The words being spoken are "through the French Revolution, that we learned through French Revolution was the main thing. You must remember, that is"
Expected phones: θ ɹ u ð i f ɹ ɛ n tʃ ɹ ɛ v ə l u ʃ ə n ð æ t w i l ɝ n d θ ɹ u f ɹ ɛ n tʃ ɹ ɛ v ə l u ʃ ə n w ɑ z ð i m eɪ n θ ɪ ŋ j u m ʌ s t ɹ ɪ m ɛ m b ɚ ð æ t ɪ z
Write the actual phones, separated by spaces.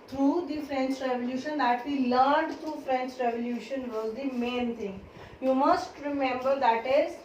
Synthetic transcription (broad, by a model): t ɹ u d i f ɹ ɛ n tʃ ɹ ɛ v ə l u ʃ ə n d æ t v i l ɝ n d t ɹ u f ɹ ɛ n tʃ ɹ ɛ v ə l u ʃ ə n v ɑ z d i m eɪ n t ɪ ŋ j u m ʌ s t ɹ ɪ m ɛ m b ɚ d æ t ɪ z